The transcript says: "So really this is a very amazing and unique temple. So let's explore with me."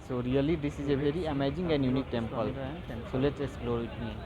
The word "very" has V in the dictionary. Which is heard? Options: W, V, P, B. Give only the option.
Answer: B